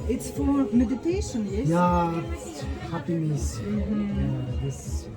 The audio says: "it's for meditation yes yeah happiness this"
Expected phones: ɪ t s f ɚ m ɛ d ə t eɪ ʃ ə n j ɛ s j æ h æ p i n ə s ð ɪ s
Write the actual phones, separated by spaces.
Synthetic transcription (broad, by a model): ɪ t s f ɚ m ɛ d ə t eɪ ʃ ə n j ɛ j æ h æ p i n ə s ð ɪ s